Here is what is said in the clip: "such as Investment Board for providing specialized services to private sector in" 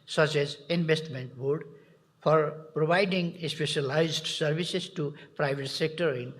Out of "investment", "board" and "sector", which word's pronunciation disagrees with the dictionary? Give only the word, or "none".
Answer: investment